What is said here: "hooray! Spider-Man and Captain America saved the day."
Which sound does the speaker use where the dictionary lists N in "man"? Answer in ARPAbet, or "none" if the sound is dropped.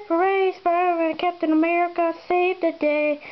none